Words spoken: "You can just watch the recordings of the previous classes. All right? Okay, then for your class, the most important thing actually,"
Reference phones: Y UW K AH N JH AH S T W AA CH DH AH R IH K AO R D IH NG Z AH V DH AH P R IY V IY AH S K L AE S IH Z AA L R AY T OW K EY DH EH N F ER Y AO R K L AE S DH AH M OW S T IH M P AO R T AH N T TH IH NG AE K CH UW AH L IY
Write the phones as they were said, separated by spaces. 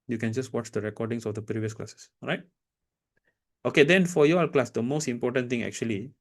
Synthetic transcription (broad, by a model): Y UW K AH N JH AH S T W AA CH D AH R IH K AO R D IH NG S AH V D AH P R IY V IY AH S K L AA S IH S R AY T OW K EY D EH N F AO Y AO L K L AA S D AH M OW S T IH M P AO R T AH N T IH NG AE K CH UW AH L IY